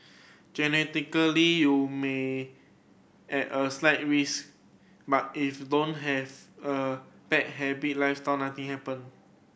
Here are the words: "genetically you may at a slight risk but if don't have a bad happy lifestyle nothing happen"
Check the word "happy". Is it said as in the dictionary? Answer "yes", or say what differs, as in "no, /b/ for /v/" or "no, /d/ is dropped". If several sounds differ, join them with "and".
no, /b/ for /p/